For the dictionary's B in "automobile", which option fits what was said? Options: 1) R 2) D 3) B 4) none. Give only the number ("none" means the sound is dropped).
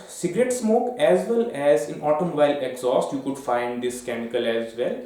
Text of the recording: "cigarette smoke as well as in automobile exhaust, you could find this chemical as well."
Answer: 4